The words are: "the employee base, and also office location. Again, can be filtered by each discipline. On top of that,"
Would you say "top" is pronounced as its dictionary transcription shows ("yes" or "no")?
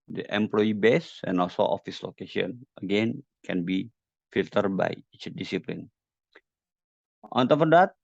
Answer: no